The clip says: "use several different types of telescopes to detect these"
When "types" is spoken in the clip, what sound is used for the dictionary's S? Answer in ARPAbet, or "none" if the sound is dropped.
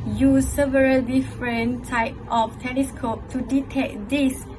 none